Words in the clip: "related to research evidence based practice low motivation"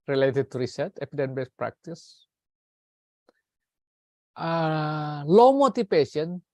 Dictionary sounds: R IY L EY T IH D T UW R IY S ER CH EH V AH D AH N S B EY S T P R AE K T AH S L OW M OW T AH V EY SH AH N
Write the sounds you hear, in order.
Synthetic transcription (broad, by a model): R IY L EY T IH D T UW R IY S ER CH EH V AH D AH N B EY S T P R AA K T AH S L OW M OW T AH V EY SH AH N